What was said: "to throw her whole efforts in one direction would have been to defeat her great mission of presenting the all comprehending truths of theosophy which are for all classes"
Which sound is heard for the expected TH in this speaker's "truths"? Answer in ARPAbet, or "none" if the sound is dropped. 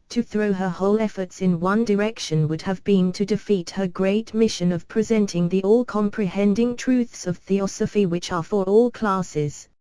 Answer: TH